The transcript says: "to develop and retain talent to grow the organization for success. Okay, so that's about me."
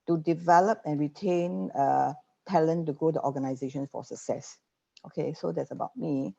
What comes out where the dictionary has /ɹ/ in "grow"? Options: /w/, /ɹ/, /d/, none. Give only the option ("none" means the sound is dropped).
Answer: none